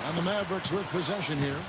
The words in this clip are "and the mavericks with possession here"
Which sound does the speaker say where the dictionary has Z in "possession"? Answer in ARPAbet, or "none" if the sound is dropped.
Z